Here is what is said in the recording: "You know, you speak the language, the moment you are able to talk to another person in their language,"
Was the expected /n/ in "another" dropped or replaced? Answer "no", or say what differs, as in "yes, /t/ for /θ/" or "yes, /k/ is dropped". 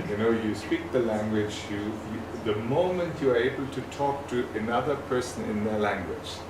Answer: no